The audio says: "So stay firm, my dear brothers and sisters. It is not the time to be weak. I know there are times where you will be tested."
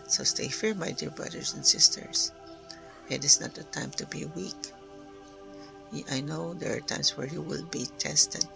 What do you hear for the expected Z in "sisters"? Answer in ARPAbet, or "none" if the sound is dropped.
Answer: S